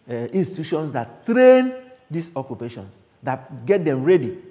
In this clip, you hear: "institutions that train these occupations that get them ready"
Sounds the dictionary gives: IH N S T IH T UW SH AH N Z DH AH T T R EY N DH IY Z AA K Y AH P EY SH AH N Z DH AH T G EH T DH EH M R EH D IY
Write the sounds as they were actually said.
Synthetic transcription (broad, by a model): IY N S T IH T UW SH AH N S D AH T T R EY N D IY S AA K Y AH P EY SH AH N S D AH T G EH T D EH M R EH D IY